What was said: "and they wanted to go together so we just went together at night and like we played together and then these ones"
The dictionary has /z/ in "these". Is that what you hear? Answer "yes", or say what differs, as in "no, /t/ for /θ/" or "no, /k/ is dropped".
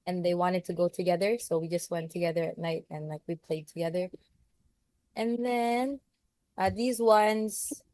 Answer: yes